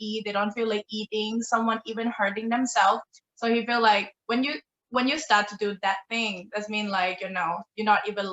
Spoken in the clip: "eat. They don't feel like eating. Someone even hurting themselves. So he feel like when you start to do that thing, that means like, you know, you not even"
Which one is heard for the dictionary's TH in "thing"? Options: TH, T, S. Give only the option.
TH